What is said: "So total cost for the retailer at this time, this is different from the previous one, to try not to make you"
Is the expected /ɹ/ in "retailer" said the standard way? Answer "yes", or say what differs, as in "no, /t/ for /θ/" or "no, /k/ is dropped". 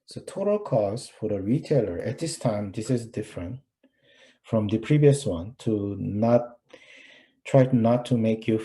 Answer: yes